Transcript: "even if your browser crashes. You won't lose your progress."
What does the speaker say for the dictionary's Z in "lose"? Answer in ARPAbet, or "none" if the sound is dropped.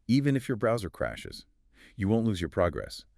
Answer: Z